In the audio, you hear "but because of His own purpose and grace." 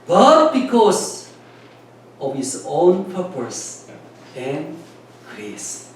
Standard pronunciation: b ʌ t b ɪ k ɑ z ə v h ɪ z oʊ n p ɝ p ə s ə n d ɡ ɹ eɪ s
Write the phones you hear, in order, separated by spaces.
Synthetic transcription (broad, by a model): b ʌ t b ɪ k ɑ s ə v h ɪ s oʊ n p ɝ p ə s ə n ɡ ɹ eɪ s